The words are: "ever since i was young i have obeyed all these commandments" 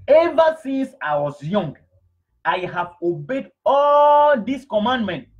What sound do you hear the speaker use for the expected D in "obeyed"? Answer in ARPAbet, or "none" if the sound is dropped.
D